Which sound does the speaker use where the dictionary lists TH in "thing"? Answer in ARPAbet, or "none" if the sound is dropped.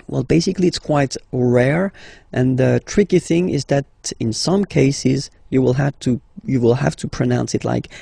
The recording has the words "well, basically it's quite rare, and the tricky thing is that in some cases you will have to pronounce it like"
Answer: TH